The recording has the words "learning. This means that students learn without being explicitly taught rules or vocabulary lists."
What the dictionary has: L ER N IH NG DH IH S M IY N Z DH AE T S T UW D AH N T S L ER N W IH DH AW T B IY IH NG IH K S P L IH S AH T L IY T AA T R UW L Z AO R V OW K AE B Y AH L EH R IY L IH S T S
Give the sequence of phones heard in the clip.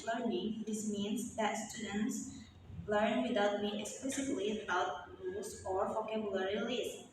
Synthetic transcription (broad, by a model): L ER N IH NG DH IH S M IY N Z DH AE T S T UW D AH N T S L ER N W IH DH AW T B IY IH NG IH K S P L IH S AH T L IY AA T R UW Z AO R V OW K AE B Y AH L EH R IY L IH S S